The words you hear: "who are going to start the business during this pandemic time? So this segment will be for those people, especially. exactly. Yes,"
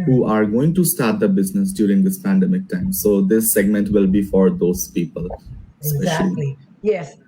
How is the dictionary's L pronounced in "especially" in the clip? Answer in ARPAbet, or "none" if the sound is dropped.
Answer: none